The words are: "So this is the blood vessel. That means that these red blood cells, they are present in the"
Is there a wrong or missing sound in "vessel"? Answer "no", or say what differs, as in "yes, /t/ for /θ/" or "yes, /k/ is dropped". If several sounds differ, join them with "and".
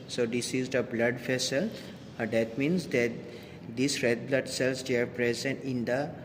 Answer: yes, /f/ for /v/